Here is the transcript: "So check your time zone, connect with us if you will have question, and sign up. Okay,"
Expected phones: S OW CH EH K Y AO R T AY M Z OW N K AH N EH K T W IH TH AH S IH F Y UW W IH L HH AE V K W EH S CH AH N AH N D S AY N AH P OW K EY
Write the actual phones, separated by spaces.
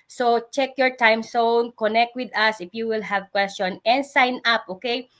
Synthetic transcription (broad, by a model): S OW CH EH K Y AO R T AY M S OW N K AH N EH K T W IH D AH S IH F Y UW W IH L HH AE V K W EH S CH AH N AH N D S AY N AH P OW K EY